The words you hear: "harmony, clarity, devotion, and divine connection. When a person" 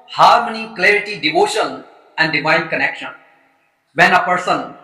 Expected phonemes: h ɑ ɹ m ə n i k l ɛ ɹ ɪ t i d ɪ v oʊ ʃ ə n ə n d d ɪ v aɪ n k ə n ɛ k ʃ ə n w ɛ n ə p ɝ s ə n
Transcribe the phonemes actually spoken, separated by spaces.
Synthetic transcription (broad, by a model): h ɑ ɹ m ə n i k l ɛ ɹ ɪ t i d ɪ v oʊ ʃ ə n ə n d d ɪ v aɪ n k ə n ɛ k ʃ ə n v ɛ n ə p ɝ s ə n